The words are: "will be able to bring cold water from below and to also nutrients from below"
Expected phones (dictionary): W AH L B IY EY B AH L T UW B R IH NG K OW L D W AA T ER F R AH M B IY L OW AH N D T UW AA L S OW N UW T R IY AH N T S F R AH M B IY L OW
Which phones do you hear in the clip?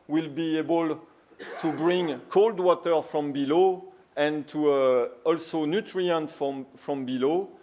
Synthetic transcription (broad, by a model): W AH L B IY EY B AH L T UW B R IH NG K OW L D W AA T ER F R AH M B IY L OW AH N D T UW AA L S OW N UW T R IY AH N T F F R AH M B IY L OW